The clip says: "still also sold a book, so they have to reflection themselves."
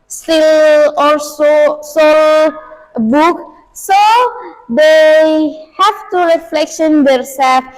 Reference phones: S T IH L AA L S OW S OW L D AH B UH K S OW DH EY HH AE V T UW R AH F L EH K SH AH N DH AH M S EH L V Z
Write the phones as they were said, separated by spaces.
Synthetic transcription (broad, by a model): S T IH L AA L S OW S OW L AH B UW K S OW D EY HH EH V T UW R AH F L EH K SH AH N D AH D S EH L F